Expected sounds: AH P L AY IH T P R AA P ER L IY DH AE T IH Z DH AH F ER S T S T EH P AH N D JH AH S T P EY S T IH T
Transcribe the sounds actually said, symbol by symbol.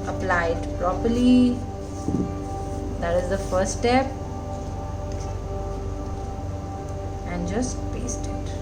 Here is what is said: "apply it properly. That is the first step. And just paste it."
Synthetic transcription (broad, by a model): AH P L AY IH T P R AA P ER L IY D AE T IH Z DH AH F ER T S T EH P AH N D JH AH S T P EY S T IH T